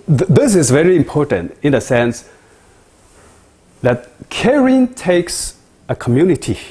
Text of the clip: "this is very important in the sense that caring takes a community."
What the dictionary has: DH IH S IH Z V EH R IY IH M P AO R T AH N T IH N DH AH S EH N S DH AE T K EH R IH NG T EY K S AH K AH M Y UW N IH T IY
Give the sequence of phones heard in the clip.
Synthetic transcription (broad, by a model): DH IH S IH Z V EH R IY IH M P AO R T AH N T IH N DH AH S EH N S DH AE T K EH R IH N T EY K S AH K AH M Y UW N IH T IY